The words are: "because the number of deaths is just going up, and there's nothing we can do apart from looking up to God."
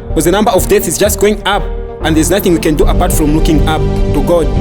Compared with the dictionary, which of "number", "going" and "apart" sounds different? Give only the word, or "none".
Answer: none